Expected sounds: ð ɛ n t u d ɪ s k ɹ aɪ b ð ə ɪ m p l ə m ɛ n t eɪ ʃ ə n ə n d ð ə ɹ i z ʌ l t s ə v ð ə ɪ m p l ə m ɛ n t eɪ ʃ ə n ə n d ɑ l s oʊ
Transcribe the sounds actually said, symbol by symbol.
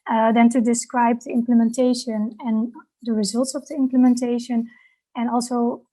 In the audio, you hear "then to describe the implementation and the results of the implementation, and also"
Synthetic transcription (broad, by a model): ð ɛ n t u d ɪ s k ɹ aɪ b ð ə ɪ m p l ə m ɛ n t eɪ ʃ ə n ə n d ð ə ɹ i z ʌ l t s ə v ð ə ɪ m p l ə m ɛ n t eɪ ʃ ə n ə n ɑ l s oʊ